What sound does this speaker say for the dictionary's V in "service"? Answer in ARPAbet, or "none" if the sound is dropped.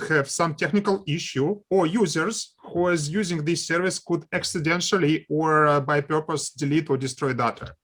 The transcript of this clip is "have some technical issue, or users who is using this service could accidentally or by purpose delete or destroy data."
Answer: V